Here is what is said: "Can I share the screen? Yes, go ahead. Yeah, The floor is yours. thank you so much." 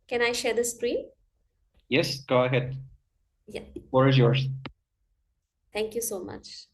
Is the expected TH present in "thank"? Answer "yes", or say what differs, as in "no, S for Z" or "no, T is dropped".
no, T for TH